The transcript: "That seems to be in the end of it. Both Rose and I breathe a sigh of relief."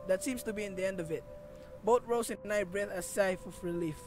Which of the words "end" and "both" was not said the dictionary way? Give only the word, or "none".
both